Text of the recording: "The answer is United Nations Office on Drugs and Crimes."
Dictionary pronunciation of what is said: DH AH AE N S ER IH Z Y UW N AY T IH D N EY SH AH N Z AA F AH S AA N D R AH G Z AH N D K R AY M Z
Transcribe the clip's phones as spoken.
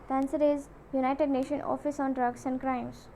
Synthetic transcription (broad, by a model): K AE N S ER IH Z Y UW N AY T IH D N EY SH AH N AA F AH S AA N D R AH G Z AH N D K R AY M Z